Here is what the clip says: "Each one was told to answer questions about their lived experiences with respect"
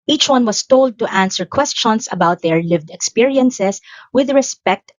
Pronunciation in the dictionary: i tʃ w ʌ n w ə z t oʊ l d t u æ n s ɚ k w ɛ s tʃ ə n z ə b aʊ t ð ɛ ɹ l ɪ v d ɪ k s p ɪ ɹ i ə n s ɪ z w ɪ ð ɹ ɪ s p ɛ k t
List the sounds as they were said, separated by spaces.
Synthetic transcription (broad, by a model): i tʃ w ʌ n w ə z t oʊ l d t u æ n s ɚ k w ɛ s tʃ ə n s ə b aʊ t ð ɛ ɹ l ɪ v d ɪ k s p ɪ ɹ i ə n s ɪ s w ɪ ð ɹ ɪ s p ɛ k t